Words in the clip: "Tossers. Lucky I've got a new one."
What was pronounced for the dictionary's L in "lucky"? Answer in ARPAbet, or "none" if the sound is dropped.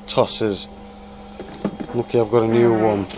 N